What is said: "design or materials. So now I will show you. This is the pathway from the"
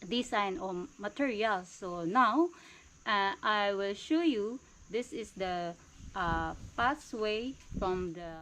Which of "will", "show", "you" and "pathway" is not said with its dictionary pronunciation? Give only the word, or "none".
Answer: pathway